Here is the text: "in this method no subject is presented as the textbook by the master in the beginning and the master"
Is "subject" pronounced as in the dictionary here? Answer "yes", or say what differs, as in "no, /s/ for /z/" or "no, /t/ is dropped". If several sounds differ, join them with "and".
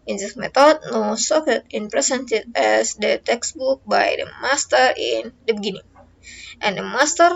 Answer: no, /k/ is dropped